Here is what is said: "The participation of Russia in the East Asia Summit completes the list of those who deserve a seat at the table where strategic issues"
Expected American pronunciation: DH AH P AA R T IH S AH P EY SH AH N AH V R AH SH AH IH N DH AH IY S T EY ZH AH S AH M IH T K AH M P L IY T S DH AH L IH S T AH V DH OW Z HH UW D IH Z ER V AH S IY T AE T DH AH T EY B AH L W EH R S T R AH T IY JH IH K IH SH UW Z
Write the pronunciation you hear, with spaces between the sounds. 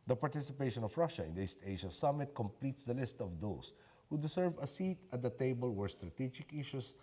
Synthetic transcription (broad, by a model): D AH P AA R T IH S AH P EY SH AH N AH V R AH SH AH IH N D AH IY S T EY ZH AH S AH M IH T K AH M P L IY T S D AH L IH S T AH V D OW S HH UW D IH S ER V AH S IY T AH T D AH T EY B AH L W EH R S T R AH T IY JH IH K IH SH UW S